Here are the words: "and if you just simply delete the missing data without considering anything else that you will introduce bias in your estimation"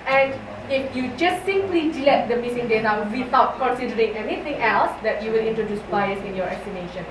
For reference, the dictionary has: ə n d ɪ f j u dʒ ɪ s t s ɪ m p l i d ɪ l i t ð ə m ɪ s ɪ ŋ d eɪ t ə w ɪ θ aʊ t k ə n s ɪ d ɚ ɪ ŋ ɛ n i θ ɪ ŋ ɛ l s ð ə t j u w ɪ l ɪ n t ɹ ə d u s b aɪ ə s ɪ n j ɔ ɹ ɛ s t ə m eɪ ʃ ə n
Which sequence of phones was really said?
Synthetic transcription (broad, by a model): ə n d ɪ f j u dʒ ɪ s t s ɪ m p l i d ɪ l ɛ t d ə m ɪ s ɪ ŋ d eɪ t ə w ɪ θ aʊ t k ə n s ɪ d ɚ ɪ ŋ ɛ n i t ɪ ŋ ɛ l s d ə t j u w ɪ l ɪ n t ɹ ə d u s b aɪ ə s ɪ n j ɔ ɹ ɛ s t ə m eɪ ʃ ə n